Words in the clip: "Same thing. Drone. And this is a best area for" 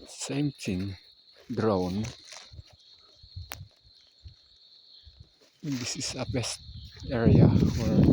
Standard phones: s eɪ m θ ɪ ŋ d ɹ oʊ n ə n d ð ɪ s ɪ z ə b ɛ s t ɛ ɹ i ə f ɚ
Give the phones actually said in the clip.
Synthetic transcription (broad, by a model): s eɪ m t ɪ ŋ d ɹ oʊ n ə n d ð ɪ s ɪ s ə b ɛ s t ɛ ɹ i ə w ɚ